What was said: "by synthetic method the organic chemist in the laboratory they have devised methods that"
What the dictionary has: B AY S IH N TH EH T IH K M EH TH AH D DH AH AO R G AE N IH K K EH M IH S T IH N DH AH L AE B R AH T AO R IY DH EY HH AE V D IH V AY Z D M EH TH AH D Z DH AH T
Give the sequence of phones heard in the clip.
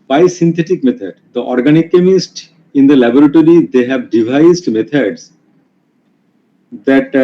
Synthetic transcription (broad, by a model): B AY S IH N T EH T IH K M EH T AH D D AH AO R G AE N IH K K EH M IH S T IH N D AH L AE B R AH T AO R IY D EY HH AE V D IH V AY Z D M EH T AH D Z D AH T